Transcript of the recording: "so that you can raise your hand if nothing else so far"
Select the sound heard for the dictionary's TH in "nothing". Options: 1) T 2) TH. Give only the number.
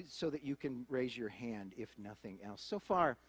2